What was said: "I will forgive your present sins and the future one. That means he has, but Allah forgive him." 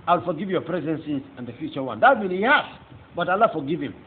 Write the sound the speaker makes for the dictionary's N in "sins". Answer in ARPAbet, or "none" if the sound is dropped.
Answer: none